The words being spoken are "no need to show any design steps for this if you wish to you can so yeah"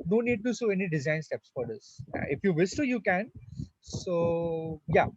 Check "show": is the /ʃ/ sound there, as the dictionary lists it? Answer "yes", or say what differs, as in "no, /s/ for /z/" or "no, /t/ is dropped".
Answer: no, /s/ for /ʃ/